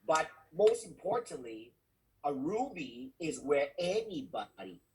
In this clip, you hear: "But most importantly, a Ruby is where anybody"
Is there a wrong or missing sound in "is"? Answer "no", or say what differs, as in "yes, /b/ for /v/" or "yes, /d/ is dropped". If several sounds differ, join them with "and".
no